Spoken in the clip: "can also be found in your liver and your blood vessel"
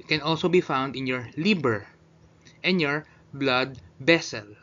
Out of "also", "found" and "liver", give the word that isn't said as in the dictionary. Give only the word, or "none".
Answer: liver